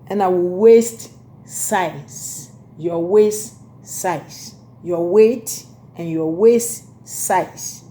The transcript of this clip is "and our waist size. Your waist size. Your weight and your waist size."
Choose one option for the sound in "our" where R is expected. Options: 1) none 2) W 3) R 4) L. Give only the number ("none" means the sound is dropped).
4